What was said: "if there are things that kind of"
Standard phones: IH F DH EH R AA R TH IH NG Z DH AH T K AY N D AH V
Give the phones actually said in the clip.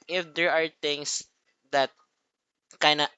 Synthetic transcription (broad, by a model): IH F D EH R AA R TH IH NG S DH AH T K AY N AH